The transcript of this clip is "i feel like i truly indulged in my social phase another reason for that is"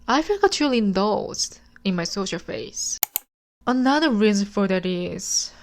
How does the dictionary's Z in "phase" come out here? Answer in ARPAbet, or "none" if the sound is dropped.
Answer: S